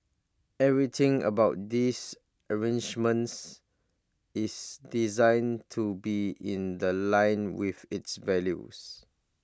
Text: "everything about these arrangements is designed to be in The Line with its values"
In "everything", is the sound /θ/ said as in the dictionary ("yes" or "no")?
no